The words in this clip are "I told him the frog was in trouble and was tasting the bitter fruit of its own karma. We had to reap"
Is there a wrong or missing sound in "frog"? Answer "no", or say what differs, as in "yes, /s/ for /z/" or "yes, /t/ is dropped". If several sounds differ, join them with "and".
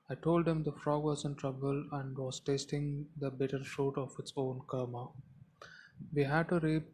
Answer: no